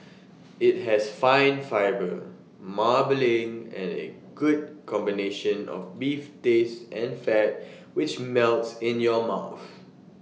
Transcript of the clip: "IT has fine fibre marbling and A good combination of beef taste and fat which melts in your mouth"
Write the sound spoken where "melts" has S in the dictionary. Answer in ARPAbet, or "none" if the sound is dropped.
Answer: S